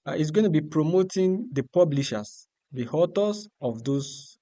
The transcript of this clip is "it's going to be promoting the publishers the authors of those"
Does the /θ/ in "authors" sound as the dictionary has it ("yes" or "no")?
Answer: no